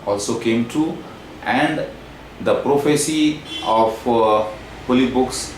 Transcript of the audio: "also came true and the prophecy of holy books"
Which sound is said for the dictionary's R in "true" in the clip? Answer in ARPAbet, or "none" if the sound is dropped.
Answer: none